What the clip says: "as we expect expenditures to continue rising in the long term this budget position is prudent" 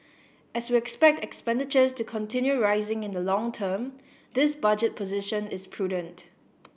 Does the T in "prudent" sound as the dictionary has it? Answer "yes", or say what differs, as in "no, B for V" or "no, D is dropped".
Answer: yes